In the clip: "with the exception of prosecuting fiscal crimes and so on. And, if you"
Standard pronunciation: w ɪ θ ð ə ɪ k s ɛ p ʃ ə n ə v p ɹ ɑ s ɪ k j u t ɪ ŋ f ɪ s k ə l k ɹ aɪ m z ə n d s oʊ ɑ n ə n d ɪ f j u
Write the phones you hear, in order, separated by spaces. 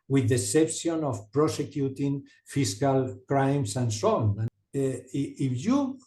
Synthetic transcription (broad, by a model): w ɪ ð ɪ s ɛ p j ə n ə f p ɹ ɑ s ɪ k j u t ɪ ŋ f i s k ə l k ɹ aɪ m s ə n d s oʊ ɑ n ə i ɪ f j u